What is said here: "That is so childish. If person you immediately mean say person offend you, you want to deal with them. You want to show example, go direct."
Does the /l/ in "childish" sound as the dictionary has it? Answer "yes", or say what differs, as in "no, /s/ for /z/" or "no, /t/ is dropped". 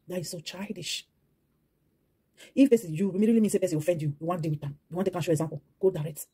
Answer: yes